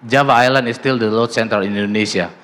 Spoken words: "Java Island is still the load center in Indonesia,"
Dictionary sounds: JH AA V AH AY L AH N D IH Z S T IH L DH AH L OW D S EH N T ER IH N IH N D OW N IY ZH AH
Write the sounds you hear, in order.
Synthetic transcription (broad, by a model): JH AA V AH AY L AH N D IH S T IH L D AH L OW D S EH N T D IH L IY N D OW N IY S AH